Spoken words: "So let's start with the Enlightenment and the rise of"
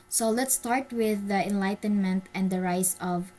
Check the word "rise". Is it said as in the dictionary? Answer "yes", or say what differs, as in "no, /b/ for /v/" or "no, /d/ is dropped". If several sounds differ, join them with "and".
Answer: no, /s/ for /z/